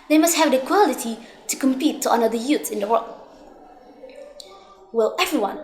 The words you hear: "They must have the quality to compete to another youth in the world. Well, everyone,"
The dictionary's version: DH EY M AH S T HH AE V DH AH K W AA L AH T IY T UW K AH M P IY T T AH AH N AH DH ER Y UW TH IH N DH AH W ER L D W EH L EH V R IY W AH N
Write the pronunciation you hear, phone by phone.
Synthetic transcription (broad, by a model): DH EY M AH S T HH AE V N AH K W AA L AH T IY T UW K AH M P IY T T AH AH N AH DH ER Y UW S IH N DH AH W ER L D W EH L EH V R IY W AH N